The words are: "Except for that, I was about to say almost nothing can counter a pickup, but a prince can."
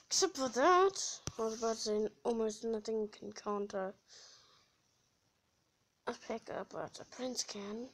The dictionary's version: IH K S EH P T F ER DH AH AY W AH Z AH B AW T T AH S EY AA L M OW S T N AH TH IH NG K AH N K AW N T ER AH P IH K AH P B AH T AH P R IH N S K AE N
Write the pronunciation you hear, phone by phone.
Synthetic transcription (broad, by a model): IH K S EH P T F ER DH AH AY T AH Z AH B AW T S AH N AA L M OW S T N AH TH IH NG K AH N K AW N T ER AH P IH K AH B AH T AH P R IH N S K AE N